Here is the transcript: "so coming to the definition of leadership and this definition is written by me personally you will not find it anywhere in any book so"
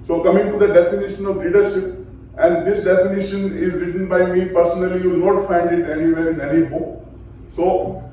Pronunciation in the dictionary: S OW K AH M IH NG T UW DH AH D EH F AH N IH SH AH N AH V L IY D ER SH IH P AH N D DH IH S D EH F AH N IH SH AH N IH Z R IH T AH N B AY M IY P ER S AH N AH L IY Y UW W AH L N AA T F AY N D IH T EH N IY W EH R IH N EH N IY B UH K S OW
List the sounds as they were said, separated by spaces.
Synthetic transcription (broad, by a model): S OW K AH M IH NG T UW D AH D EH F AH N IH SH AH N AH V L IY D ER SH IH P AH N D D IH S D EH F AH N IH SH AH N IH Z R IH T AH N B AY M IY P ER S AH N AH L IY Y UW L N AA T F AY N D IH T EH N IY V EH R IH N EH N IY B UH K S OW